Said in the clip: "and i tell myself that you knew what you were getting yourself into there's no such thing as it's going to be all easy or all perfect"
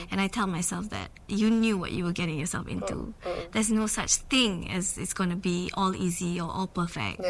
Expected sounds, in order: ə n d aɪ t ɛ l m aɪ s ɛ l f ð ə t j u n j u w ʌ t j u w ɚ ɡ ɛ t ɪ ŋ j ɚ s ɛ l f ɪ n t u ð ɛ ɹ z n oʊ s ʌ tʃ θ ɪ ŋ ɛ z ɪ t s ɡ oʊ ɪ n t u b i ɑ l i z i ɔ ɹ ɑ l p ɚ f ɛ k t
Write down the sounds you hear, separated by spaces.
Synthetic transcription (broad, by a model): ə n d aɪ t ɛ l m aɪ s ɛ l f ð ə t j u n j u w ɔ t j u w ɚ ɡ ɛ t ɪ ŋ j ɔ s ɛ l f ɪ n t u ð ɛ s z n oʊ s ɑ tʃ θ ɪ ŋ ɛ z ɪ t s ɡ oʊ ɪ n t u b i ɑ l i z i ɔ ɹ ɑ l p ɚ f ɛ k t